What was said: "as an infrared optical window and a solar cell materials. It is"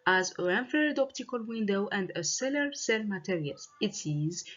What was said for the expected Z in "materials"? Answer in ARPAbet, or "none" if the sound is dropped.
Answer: none